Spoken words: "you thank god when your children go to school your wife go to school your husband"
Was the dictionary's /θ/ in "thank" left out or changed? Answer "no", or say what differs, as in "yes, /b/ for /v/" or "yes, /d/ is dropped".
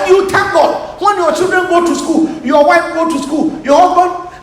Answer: yes, /t/ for /θ/